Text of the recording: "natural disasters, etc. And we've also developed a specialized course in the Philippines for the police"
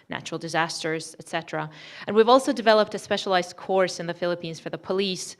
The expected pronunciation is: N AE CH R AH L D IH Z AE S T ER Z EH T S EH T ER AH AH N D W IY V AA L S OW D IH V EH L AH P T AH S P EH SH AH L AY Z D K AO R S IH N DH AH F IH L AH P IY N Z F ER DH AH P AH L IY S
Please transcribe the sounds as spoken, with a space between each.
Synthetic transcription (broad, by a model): N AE CH R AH L D IH Z AE S T ER Z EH T S EH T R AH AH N W IY V AA L S OW D IH V EH L AH P T AH S P EH SH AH L AY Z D K AO R S IH N DH AH F IH L AH P IY N Z F ER DH AH P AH L IY S